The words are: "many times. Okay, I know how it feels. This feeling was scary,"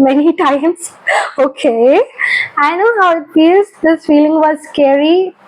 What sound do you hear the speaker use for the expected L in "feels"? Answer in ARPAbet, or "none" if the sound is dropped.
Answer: none